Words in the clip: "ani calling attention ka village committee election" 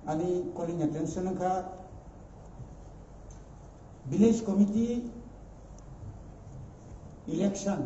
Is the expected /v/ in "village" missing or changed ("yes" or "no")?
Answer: yes